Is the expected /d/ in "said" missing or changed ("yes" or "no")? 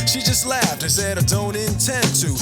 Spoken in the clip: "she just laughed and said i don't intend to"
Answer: no